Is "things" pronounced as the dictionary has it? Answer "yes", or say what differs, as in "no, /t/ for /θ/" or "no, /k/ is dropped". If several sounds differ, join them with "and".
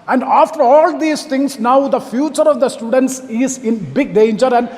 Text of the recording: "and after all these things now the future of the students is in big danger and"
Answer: no, /t/ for /θ/